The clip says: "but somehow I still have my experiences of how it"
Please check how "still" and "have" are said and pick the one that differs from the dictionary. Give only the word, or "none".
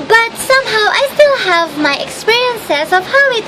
none